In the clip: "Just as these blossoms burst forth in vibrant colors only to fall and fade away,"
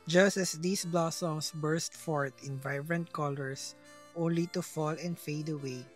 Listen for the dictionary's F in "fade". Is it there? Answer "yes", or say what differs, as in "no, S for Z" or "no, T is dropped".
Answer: yes